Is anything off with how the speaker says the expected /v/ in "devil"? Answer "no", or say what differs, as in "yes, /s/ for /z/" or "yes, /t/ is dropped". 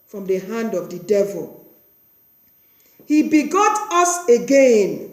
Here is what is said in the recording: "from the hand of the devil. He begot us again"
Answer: no